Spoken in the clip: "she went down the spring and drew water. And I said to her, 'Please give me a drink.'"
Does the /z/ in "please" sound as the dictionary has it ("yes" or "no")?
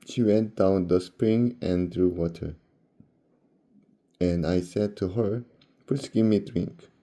no